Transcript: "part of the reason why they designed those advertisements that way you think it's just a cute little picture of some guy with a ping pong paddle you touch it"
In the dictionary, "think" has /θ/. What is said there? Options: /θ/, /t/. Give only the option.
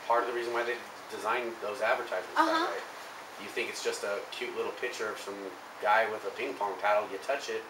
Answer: /θ/